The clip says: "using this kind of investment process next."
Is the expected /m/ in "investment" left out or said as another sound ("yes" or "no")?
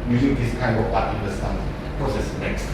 yes